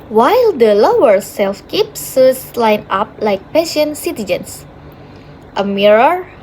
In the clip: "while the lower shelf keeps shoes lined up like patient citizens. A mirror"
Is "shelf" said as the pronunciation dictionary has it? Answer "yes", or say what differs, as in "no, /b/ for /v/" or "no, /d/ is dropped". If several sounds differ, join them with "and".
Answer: no, /s/ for /ʃ/